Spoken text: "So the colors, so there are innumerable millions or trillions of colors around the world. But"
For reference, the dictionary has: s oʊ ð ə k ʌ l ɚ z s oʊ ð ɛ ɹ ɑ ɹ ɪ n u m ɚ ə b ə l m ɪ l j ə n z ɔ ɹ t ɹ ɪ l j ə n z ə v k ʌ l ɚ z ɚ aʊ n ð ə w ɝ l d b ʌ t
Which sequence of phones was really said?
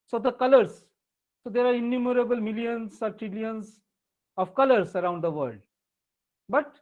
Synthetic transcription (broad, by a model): s oʊ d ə k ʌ l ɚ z s oʊ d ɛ ɹ ɑ ɹ ɪ n u m ɚ ə b ə l m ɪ l j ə n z ɔ ɹ t ɹ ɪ l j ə n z ə v k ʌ l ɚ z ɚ aʊ n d ə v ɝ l d b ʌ t